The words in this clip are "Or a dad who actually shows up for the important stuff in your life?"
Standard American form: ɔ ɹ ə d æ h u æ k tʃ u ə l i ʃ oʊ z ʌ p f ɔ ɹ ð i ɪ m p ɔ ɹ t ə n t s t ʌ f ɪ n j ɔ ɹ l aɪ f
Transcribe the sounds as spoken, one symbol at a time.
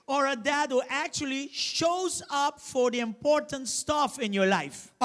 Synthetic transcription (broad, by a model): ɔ ɹ ə d æ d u æ k tʃ u ə l i ʃ oʊ z ʌ p f ɔ ɹ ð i ɪ m p ɔ ɹ t ə n t s t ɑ f ɪ n j ɔ ɹ l aɪ f